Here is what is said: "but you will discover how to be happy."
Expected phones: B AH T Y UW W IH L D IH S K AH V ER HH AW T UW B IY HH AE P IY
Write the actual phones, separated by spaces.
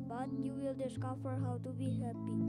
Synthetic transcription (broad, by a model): B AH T Y UW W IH L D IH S K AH F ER HH AW T UW B IY HH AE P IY